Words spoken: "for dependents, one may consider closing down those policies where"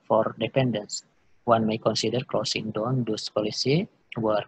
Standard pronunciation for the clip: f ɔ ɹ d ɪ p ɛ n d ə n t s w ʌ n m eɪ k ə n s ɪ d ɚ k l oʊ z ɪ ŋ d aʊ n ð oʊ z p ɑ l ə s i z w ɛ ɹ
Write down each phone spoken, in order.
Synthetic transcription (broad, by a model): f ɔ ɹ d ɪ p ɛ n d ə n s w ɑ n m eɪ k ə n s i d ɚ k l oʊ s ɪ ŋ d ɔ n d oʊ s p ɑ l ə s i w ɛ ɹ